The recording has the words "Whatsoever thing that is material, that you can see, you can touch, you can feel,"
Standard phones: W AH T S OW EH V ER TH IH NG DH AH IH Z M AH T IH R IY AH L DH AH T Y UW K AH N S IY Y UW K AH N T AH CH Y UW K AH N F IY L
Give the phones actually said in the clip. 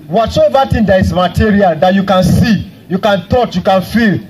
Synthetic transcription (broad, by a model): W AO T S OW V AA T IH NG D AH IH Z M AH T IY R IY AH L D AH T Y UW K AH N S IY Y UW K AH N T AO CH Y UW K AH N F IY L